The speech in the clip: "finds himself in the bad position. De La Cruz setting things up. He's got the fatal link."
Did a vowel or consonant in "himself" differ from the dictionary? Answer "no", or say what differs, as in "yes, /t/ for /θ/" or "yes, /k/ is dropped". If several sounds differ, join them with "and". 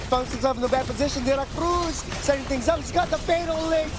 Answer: yes, /m/ is dropped and /l/ is dropped